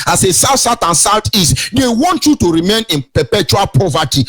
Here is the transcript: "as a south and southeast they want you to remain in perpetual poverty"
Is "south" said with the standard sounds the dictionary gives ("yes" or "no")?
no